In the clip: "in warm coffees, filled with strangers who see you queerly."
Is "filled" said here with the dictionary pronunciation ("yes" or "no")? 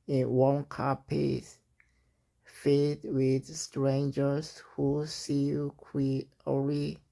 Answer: no